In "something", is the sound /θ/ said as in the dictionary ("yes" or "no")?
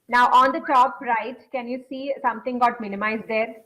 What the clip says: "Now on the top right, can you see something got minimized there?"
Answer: no